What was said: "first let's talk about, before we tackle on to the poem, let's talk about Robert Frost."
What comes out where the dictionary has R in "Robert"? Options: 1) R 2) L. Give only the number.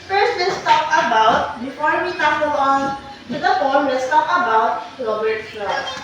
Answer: 2